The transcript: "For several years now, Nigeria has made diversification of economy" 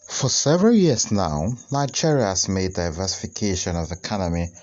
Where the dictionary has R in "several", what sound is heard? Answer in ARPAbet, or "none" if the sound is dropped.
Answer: R